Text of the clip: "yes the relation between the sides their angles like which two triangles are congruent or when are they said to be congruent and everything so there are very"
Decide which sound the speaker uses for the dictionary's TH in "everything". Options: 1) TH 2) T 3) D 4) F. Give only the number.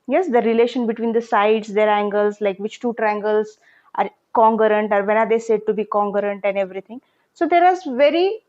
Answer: 2